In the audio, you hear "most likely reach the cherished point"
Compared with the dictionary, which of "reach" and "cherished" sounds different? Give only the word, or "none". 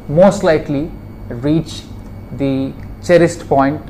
cherished